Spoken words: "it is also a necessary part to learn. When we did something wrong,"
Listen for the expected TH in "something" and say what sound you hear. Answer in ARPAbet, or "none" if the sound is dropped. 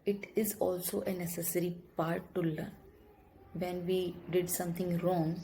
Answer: T